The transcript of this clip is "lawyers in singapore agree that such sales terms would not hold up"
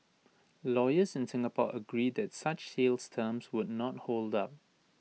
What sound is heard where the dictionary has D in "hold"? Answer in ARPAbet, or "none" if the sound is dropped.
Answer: D